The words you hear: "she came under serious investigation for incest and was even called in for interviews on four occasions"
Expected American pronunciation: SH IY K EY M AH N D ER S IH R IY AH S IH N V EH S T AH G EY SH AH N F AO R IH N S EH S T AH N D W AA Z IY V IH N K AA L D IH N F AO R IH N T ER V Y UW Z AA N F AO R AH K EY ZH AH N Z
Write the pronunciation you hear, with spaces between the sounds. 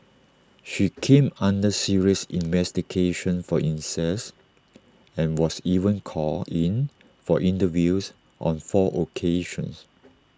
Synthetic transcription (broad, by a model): SH IY K EY M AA N D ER S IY R IY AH S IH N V EH S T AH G EY SH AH N F AO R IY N S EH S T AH N W AA S IY V IH N K AA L IH N F AO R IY N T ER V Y UW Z AA N F AO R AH K EY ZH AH N S